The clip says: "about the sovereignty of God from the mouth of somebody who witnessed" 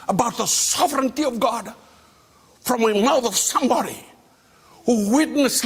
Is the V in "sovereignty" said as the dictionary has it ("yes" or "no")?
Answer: yes